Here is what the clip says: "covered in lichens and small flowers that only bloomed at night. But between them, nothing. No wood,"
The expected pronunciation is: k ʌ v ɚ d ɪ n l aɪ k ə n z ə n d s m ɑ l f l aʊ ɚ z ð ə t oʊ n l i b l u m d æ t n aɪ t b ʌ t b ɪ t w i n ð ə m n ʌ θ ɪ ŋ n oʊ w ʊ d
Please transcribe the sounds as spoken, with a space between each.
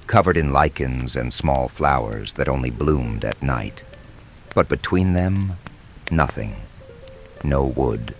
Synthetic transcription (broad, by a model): k ʌ v ɚ d ɪ n l aɪ k ə n z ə n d s m ɑ l f l aʊ ɚ z ð ə t oʊ n l i b l u m d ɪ t n aɪ t b ʌ t b ɪ t w i n ð ə m n ʌ θ ɪ ŋ n oʊ w ʊ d